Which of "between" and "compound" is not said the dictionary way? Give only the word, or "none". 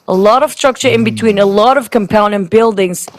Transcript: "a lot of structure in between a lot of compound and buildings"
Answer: compound